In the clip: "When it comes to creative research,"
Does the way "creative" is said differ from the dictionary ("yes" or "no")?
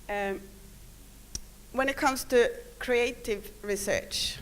no